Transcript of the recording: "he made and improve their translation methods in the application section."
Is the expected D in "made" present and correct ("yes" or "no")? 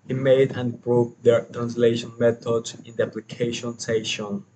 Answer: no